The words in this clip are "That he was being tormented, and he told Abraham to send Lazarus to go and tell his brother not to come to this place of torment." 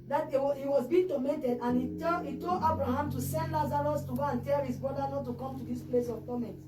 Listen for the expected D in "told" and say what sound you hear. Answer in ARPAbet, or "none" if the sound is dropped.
none